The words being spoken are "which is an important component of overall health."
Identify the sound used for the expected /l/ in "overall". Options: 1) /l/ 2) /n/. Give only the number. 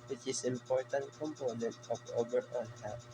2